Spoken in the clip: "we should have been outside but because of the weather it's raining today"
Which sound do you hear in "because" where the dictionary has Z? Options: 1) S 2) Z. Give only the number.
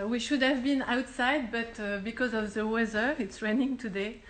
2